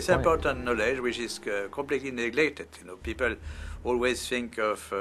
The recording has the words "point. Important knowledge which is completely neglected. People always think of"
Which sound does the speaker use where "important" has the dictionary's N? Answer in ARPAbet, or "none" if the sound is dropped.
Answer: N